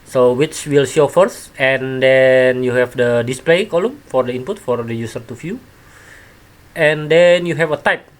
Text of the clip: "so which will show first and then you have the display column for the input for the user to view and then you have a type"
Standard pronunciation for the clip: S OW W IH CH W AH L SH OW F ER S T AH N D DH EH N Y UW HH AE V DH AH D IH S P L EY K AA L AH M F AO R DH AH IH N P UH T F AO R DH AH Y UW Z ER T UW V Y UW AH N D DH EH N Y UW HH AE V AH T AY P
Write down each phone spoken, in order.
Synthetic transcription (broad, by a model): S OW W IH CH W AH L SH OW F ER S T AH N D EH N Y UW HH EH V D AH D IH S P L EY K AA L AH M F AO R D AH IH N P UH T F AO R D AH Y UW S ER T UW F Y UW AH N D EH N Y UW HH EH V AH T AY P